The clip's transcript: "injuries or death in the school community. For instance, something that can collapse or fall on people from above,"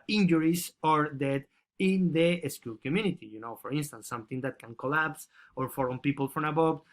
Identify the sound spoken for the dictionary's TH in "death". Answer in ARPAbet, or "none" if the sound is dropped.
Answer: T